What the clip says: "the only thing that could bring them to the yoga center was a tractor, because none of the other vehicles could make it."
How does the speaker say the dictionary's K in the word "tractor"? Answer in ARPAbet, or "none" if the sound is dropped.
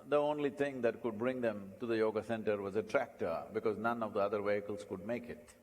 K